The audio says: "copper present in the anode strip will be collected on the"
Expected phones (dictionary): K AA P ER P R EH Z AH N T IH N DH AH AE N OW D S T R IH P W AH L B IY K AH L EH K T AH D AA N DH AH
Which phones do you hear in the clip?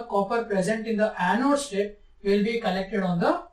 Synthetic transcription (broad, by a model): K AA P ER P R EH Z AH N T IH N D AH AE N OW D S T EH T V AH L B IY K AH L EH K T AH D AA N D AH